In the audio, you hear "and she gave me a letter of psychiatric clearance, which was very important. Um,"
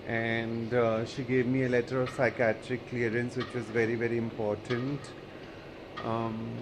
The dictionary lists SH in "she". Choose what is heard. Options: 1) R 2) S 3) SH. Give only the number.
3